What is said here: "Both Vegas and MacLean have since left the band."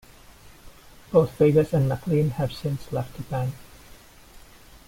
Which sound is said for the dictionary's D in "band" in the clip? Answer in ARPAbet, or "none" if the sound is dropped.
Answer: none